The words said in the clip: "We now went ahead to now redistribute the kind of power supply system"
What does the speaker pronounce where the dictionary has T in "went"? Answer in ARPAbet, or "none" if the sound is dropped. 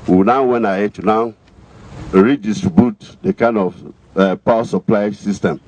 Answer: none